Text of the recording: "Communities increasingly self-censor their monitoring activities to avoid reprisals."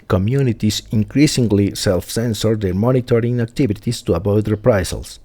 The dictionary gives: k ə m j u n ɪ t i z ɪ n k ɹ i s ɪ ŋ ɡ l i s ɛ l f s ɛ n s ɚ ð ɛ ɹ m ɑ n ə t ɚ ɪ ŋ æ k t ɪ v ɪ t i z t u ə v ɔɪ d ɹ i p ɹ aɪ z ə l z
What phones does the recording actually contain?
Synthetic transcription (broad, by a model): k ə m j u n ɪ t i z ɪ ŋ k ɹ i s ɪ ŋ ɡ l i s ɛ l f s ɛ n s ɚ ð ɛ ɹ m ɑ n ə t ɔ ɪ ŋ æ k t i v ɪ t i s t u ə b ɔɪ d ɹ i p ɹ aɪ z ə l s